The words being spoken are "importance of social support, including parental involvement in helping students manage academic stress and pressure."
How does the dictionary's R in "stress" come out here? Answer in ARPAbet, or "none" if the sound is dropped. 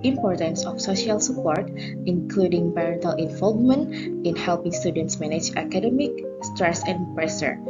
R